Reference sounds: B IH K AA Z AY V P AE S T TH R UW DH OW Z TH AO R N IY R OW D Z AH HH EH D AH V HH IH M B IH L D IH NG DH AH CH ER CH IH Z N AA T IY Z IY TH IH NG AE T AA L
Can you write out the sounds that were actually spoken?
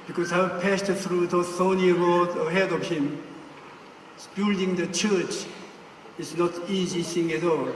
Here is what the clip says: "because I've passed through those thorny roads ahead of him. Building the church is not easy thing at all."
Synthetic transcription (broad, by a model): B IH K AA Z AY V P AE S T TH R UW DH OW TH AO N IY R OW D AH HH EH D AH V HH IH M B IH L D IH NG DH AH CH ER CH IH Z N AA T IY Z IY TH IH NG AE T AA L